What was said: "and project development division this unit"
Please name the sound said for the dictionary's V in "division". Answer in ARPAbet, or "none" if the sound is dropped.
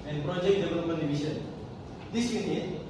B